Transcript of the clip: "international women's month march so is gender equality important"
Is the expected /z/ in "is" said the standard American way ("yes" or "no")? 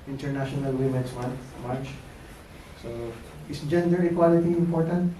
no